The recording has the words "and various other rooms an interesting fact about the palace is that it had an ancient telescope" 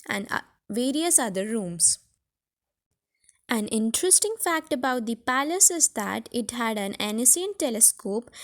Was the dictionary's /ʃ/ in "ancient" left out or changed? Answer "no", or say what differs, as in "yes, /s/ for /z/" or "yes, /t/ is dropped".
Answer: yes, /s/ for /ʃ/